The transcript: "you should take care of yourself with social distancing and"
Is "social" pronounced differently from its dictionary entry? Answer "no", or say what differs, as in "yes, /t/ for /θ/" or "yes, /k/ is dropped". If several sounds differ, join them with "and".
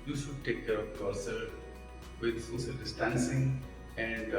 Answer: yes, /s/ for /ʃ/